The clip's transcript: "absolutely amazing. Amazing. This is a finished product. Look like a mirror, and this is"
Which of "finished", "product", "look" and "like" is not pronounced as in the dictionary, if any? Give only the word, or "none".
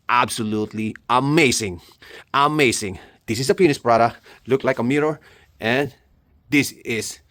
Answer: finished